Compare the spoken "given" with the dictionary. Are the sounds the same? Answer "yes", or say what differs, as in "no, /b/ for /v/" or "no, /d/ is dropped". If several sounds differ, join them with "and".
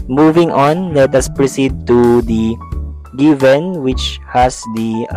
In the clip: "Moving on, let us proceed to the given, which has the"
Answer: yes